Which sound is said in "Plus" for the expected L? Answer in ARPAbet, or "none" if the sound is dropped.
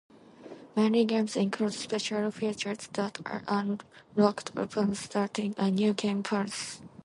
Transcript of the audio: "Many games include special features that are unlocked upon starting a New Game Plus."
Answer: none